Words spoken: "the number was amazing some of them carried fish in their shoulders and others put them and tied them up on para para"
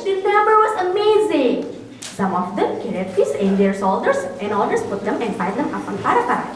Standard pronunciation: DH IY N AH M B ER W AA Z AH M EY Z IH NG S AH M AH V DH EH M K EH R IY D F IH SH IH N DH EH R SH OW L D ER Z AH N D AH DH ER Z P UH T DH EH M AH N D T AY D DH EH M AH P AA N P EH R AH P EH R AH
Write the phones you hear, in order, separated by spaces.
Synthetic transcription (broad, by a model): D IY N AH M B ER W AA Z AH M EY Z IH NG S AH M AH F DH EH M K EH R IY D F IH S IH N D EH R S OW L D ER S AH N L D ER S P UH T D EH M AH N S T AY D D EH M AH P AA N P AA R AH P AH